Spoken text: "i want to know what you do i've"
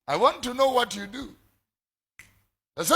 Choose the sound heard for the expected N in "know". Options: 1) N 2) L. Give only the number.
1